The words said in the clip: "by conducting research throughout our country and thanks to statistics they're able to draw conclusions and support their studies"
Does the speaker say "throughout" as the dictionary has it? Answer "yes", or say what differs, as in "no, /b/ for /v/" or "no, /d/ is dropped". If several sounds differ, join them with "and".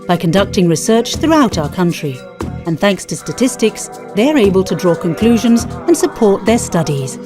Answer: yes